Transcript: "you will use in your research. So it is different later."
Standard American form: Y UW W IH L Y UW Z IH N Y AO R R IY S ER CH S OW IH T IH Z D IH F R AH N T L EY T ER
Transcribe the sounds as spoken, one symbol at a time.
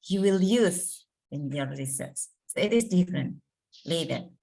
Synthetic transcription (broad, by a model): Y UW W IH L Y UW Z IH N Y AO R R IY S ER S S OW IH T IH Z D IH F R AH N T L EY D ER